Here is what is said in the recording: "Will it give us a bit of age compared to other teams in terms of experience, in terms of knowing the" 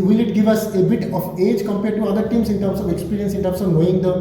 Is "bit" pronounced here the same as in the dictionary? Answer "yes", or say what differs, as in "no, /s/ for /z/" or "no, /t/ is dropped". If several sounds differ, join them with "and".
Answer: yes